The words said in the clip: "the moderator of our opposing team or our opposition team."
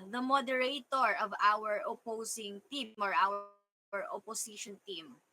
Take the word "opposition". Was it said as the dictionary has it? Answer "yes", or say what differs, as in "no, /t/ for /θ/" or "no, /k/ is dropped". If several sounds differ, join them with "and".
no, /s/ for /z/